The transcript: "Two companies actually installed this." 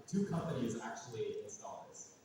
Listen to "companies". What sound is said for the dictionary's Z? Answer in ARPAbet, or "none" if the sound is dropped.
Z